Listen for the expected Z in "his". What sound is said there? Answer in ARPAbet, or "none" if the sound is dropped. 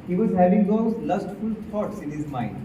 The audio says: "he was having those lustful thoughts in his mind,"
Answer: Z